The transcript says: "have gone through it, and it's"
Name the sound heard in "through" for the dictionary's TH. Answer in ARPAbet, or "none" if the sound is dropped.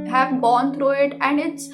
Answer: T